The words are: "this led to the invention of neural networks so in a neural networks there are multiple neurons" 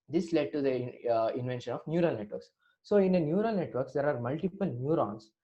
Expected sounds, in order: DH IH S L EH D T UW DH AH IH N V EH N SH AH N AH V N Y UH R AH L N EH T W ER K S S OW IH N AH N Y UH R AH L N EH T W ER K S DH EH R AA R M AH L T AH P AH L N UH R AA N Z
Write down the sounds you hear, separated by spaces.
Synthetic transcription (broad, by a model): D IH S L EH D T UW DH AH IH N V EH N SH AH N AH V N Y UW R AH L N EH T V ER K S S OW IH N AH N Y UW R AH L N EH T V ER K S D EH R AA R M AH L T AH P AH L N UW R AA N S